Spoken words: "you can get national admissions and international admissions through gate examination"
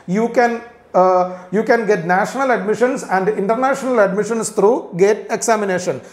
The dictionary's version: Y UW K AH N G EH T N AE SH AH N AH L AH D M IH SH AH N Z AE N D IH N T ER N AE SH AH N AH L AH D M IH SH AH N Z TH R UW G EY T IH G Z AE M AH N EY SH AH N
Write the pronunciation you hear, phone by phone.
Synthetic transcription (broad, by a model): Y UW K AH N G EH T N AE SH AH N AH L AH D M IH SH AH N S AE N D IH N T ER N AE SH AH N AH L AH D M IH SH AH N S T R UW G EY T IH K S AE M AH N EY SH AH N